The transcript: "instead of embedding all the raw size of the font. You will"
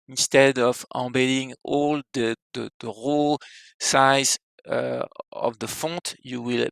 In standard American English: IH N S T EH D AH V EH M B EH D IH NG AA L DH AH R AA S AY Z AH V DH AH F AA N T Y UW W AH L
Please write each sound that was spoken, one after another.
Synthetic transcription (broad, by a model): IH N S T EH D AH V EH B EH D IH NG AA L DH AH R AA S AY Z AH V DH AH F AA T Y UW W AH L